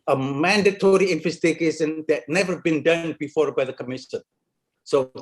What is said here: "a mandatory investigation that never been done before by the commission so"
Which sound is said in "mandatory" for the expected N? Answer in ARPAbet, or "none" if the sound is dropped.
N